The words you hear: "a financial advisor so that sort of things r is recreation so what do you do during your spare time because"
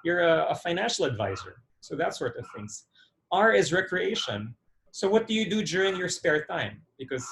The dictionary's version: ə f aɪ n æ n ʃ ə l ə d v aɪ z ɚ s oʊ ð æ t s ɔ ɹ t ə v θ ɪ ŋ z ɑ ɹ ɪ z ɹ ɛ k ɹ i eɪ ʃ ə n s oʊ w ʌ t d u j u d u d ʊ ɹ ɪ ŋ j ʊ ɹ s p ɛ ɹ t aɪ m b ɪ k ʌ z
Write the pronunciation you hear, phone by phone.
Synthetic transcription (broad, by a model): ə f aɪ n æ n ʃ l ə d v aɪ z ɚ s oʊ ð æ t s ɔ ɹ t ə v θ ɪ ŋ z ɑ ɹ ɪ z ɹ ɛ k ɹ i eɪ ʃ ə n s oʊ w ʌ t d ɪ j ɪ d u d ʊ ɹ ɪ ŋ j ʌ ɹ s p ɛ ɹ t aɪ m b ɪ k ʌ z